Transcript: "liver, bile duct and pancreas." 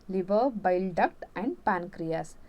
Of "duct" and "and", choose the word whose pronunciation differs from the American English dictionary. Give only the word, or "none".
none